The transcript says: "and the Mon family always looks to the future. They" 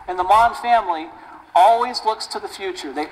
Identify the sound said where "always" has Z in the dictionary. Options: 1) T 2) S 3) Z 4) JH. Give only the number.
3